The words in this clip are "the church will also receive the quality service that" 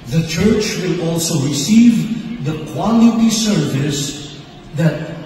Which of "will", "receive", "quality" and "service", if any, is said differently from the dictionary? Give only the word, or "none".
none